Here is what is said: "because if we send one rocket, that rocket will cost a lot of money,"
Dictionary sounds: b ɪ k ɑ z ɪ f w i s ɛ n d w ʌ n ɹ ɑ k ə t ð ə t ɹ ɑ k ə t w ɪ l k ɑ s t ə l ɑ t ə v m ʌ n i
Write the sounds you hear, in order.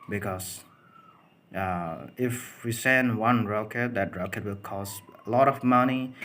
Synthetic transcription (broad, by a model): b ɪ k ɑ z ɪ f w i s ɛ n d w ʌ n ɹ ɑ k ə t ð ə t ɹ ɑ k ə t w ɪ l k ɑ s ə l ɑ t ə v m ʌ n i